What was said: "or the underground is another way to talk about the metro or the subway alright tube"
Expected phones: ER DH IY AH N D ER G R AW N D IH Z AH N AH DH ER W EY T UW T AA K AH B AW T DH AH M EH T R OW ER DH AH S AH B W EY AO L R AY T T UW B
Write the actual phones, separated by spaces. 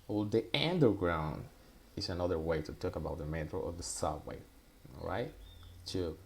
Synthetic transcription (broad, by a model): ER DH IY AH N D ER G R AW N D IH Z AH N AH DH ER W EY T UW T AA K AH B AW T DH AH M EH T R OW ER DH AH S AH W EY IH R AY T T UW